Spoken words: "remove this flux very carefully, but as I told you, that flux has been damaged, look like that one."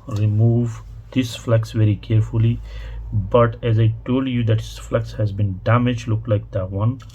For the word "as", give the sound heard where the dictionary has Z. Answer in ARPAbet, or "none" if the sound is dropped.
Z